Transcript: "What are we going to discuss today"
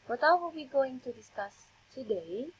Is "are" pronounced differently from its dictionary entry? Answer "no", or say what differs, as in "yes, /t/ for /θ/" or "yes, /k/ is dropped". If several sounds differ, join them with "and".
yes, /l/ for /ɹ/